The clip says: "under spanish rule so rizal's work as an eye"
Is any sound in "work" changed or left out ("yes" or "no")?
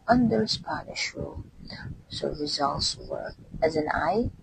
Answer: yes